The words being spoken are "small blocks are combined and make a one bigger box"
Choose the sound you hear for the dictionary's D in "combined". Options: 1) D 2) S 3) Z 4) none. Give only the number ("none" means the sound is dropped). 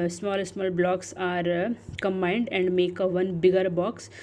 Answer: 1